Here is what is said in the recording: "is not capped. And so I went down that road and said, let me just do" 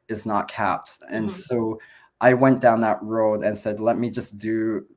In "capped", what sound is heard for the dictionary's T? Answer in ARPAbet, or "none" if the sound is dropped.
T